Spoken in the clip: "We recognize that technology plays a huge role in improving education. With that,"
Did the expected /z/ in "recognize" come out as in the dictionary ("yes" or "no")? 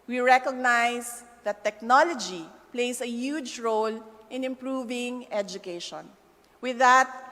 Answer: no